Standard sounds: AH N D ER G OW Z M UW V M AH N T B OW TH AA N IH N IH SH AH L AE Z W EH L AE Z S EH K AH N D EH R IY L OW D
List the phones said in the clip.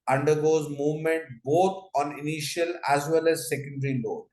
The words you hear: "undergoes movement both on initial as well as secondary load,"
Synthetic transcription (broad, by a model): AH N D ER G OW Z M UW V M AH N T B OW T AA N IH N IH SH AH L AE Z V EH L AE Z S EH K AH N D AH R IY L OW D